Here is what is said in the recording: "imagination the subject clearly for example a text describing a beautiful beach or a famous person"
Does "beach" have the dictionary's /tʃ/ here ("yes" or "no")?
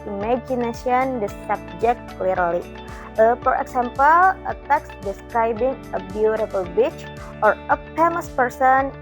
yes